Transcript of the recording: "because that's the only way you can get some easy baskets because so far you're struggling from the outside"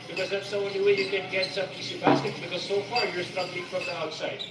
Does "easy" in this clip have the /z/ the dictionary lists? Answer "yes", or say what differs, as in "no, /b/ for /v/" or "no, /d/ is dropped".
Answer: no, /s/ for /z/